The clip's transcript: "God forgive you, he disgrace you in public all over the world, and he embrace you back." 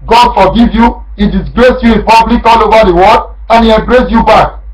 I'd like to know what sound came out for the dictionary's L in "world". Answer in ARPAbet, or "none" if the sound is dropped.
none